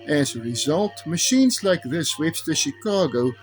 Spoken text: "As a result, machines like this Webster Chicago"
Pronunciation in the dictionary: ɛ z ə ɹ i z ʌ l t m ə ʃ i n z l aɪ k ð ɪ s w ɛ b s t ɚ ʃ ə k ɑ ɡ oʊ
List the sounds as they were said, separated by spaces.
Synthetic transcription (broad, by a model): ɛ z ə ɹ i z ʌ l t m ə ʃ i n z l aɪ k ð ɪ s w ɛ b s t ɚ ʃ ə k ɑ ɡ oʊ